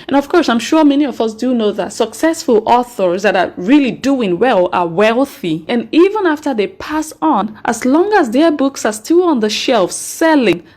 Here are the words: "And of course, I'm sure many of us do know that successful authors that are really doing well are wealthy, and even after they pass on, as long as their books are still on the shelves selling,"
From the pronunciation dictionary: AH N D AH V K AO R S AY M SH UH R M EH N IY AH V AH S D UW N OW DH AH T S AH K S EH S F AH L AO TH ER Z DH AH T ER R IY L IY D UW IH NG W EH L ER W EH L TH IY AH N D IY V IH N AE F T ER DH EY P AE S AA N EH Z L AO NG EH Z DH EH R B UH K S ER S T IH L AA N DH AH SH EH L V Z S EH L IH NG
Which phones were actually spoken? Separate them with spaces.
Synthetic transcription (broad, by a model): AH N AH V K AO R S AY M SH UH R M EH N IY AH V AH S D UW N OW DH AH T S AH K S EH S F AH L AO TH ER Z DH AH T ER R IY L IY D UW IH NG W EH L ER W EH L TH IY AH N IY V IH N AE F T ER DH EY P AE S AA N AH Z L AO NG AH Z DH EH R B UH K S ER S T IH L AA N DH AH SH EH L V S EH L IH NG